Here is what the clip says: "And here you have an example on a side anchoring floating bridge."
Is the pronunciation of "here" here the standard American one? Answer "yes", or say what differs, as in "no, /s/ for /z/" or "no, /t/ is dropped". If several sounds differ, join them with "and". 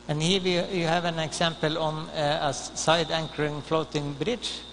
no, /w/ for /ɹ/